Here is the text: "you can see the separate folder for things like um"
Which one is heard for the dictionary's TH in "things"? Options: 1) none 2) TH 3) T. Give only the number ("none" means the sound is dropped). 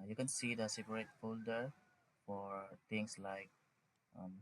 3